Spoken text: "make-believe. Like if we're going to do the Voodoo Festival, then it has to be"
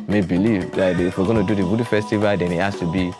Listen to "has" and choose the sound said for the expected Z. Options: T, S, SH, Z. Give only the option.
S